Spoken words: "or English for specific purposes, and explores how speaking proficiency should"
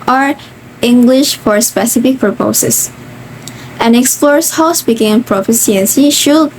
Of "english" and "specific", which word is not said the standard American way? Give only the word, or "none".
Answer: none